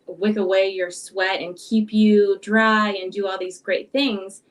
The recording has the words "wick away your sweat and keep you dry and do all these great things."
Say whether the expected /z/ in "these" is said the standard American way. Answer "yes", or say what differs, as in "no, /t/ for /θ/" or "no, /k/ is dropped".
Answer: yes